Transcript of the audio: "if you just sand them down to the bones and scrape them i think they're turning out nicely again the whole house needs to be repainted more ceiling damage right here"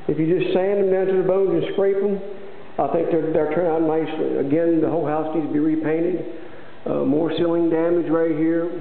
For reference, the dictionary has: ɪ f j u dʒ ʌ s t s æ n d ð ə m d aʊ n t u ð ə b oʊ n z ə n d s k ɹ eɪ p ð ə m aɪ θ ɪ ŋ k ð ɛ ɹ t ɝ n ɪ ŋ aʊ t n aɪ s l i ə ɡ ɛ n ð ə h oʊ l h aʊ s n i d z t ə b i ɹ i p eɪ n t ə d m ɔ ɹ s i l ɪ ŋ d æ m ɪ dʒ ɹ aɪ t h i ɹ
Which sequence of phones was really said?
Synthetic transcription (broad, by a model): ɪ f j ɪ dʒ ʌ s t s æ n d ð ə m d aʊ n t u ð ə b oʊ n z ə n s k ɹ eɪ p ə m aɪ θ ɪ ŋ k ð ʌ ɹ t ɝ n ɪ ŋ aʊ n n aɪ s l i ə ɡ ɛ n ð ə h oʊ l h aʊ s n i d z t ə b i ɹ i p eɪ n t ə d m ɔ ɹ s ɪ l ɪ ŋ d æ m ɪ dʒ ɹ aɪ t h i ɹ